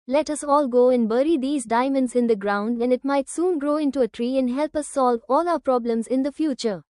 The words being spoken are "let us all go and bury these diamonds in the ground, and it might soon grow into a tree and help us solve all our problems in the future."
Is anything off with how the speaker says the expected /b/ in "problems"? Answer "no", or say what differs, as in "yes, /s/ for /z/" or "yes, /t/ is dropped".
no